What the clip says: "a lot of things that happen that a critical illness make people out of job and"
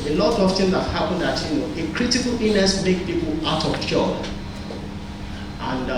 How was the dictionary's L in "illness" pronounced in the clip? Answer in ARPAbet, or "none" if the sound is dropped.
none